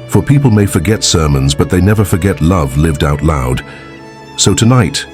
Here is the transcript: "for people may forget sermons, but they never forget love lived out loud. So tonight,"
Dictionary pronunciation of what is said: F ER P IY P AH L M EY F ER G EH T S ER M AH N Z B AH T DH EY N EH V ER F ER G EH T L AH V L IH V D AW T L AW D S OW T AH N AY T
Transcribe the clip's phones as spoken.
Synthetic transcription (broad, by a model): F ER P IY P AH L M EY F ER G EH T S ER M AH N Z B AH T DH EY N EH V ER F ER G EH T L AH V L IH V D AW T L AW D S OW T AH N AY T